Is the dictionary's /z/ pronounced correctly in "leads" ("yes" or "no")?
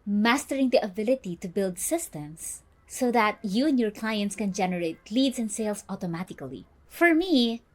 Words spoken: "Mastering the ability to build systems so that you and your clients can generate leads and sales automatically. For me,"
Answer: no